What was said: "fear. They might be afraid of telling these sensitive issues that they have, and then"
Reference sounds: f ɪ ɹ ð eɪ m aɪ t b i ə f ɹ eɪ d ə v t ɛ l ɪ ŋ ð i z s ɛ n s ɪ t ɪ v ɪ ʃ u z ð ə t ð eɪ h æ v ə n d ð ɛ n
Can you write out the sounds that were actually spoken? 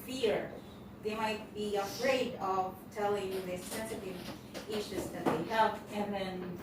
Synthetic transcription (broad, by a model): f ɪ ɹ ð eɪ m aɪ t b i ə f ɹ eɪ d ə v t ɛ l ɪ ŋ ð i s ɛ n s ɪ t ɪ v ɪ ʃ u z ð ə t ð eɪ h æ v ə n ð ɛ n